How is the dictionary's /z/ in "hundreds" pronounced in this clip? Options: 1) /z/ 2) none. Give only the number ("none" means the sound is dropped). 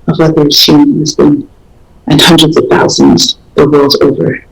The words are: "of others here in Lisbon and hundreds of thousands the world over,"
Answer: 1